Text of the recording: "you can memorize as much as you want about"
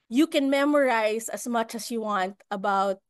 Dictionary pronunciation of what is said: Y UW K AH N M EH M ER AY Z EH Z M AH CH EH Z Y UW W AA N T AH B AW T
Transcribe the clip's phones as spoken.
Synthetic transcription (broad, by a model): Y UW K AH N M EH M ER AY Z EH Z M AH CH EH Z Y UW W AA N T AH B AW T